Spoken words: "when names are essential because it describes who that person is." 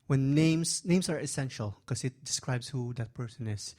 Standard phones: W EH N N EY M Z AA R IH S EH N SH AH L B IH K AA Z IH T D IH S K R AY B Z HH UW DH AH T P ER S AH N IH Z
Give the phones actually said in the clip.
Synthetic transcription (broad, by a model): W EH N N EY M S AA R IH S EH N SH AH L K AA S IH T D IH S K R AY B S HH UW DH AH T P ER S AH N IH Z